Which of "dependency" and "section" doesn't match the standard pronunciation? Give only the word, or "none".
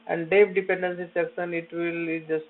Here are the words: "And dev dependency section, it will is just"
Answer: section